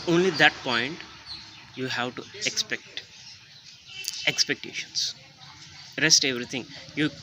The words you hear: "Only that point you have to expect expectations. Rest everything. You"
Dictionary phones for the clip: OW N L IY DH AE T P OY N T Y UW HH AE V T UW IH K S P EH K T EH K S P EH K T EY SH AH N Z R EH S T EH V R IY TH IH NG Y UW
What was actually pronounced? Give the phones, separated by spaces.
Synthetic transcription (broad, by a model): OW N L IY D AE T P OY N T Y UW HH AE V T UW IH K S P EH K T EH K S P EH K T EY SH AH N S R EH S T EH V R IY T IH NG Y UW